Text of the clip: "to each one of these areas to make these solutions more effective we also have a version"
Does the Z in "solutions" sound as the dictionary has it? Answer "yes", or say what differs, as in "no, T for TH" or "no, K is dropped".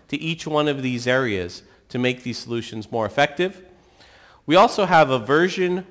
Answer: yes